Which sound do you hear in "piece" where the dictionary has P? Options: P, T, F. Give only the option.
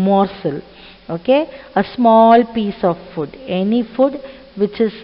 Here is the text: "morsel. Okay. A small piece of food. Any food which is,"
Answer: P